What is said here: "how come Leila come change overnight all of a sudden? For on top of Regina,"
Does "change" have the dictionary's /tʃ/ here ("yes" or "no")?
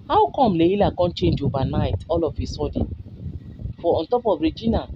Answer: yes